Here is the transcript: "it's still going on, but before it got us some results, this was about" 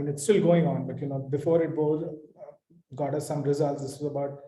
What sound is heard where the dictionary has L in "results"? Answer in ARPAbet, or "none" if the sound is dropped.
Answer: L